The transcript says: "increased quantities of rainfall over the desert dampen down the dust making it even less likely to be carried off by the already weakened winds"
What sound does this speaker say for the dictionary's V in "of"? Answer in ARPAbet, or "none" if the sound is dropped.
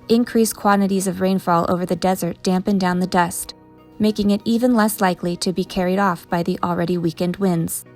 V